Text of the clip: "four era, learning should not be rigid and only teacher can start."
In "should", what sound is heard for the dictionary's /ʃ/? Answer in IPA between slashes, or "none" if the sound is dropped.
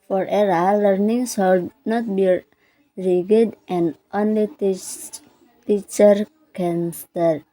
/s/